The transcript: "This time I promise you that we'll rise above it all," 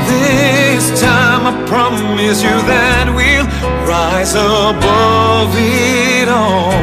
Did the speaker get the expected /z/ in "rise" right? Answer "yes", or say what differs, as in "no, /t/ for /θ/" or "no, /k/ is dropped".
yes